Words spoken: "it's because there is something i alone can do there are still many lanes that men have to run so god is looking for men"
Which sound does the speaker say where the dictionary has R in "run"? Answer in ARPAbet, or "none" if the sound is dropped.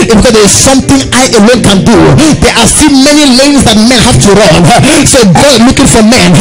R